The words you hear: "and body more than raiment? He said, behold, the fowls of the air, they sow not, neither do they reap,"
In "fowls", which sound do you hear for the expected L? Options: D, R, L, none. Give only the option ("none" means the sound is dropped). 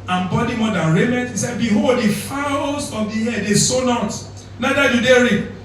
none